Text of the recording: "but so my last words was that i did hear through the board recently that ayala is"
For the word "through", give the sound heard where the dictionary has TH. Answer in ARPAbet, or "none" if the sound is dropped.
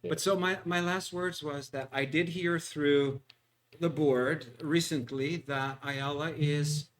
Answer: TH